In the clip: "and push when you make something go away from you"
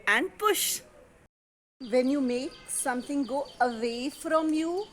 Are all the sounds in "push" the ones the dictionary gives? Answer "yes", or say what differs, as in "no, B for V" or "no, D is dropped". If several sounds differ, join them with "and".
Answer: yes